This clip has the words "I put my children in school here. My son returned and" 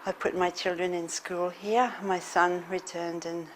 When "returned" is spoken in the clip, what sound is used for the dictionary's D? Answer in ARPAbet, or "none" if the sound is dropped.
D